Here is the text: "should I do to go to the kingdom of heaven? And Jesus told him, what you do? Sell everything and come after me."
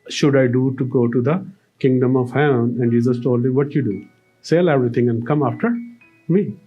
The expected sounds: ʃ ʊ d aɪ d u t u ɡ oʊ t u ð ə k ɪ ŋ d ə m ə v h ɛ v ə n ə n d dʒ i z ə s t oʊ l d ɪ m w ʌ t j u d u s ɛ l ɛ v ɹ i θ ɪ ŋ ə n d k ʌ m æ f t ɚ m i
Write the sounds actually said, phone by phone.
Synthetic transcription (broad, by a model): ʃ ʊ d aɪ d u t u ɡ oʊ t u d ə k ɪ ŋ d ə m ə v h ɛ ə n ə n d dʒ i z ə s t oʊ l d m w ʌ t j u d u s ɛ l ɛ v ɹ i t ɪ ŋ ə n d k ʌ m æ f t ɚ m i